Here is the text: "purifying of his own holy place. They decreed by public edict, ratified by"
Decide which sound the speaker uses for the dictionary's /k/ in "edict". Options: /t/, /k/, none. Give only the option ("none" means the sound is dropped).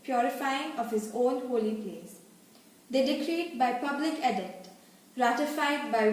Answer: none